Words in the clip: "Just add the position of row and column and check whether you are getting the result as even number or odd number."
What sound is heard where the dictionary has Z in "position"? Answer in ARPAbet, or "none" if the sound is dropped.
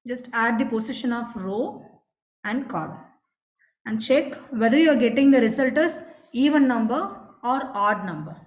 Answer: S